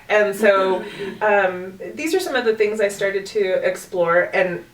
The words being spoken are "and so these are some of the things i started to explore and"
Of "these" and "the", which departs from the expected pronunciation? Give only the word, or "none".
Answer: none